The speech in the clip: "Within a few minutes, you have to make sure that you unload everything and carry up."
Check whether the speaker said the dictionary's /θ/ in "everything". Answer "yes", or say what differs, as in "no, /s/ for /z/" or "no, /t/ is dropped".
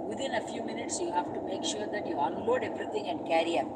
no, /t/ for /θ/